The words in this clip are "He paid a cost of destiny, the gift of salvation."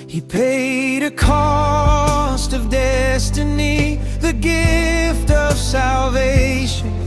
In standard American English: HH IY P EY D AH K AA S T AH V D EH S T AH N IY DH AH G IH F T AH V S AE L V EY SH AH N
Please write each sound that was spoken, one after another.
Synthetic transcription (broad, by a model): HH IY P EY D AH K AA S T AH V D EH S T AH N IY DH AH G IH F T AH V S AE L V EY SH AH N